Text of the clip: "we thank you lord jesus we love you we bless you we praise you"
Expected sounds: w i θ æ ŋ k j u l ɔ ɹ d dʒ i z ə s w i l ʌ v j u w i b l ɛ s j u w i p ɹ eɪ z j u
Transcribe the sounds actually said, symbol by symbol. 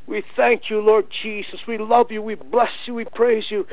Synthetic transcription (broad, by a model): w i θ æ ŋ k j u l ɔ ɹ d dʒ i z ə s w i l ʌ v j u w i b l ɛ s j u w i p ɹ eɪ z j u